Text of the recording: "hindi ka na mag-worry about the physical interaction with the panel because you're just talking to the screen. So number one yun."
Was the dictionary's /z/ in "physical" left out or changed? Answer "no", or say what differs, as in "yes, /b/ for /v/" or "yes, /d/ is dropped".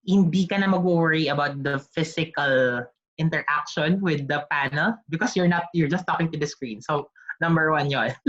yes, /s/ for /z/